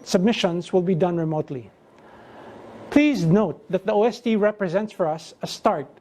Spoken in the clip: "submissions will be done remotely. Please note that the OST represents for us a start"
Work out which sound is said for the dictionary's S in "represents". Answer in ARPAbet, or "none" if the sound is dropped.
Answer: S